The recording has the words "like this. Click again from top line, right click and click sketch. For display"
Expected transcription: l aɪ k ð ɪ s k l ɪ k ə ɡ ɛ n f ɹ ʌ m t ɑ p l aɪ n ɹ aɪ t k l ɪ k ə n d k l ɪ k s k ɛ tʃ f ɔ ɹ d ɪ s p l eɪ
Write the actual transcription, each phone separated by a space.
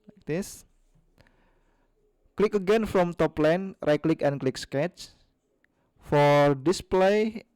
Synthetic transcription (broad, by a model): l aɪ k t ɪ s k l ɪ k ə ɡ ɛ n f ɹ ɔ m t ɑ p l aɪ n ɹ t k l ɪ k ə n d k l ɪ k s k ɛ tʃ f ɔ ɹ d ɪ s p l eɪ